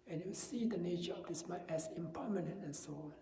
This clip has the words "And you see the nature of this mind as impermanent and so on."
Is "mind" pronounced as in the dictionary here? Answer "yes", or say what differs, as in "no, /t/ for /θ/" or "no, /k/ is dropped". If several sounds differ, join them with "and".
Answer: no, /d/ is dropped